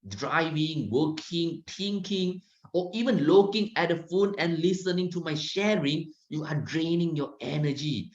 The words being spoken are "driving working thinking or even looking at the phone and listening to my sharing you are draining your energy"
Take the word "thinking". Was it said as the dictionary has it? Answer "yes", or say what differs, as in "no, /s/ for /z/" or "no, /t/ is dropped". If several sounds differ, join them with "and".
no, /t/ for /θ/